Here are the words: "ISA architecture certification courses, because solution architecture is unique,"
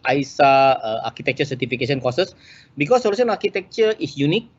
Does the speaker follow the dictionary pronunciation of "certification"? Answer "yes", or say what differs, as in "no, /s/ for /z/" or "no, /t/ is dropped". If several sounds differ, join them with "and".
no, /s/ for /ʃ/